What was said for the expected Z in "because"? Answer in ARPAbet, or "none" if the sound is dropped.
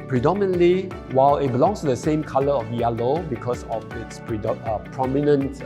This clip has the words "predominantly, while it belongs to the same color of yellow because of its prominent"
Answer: S